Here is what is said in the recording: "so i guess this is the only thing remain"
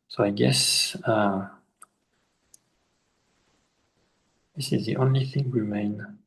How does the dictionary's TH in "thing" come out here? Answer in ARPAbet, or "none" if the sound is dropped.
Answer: TH